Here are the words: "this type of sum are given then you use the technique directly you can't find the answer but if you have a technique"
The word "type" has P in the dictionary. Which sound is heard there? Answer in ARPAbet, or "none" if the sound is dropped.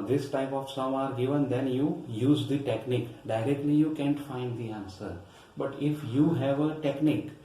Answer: P